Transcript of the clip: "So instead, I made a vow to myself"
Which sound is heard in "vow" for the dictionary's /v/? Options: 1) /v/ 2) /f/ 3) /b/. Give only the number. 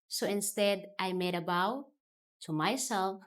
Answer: 3